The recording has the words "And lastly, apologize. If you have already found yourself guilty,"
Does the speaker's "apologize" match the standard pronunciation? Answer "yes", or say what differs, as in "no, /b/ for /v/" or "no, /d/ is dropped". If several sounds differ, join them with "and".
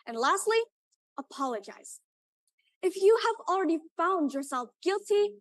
yes